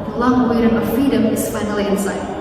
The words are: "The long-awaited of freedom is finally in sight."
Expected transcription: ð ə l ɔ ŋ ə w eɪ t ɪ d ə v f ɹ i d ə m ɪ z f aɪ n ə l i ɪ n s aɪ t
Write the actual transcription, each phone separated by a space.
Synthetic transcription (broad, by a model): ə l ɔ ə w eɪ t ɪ ə f ɹ i d ə m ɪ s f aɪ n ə l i ɪ n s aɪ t